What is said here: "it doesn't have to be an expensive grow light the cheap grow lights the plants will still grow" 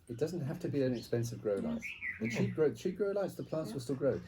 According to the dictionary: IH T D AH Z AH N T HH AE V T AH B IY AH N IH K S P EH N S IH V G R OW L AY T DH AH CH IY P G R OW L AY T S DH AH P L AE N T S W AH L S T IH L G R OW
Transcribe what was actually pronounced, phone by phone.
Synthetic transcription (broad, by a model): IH T D AH Z AH N T HH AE F T AH B IY AH N IH K S P EH N S IH V G R OW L AY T DH AH CH IY P G R OW L AY T S DH AH P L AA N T S W AH L S T IH L G R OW